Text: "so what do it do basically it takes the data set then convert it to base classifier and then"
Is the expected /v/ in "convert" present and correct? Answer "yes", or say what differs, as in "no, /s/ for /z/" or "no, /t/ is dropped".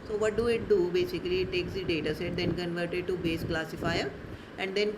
yes